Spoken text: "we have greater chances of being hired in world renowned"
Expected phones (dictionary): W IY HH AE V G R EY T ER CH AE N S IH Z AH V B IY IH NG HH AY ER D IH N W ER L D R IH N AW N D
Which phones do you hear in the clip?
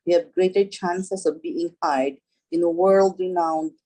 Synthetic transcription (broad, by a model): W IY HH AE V G R EY T ER CH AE N S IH S AH V B IY IH NG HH AY D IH N W ER L D R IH N AW N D